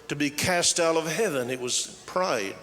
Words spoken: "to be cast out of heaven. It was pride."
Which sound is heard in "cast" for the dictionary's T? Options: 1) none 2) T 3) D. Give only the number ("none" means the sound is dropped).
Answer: 2